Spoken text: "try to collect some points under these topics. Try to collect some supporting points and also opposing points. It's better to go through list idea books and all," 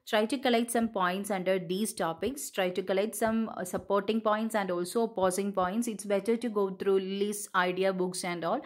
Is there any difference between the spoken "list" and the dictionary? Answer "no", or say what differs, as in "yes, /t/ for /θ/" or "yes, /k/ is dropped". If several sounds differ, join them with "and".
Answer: yes, /t/ is dropped